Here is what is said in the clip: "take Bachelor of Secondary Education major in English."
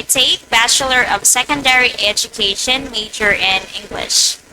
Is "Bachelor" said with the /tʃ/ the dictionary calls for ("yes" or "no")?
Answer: yes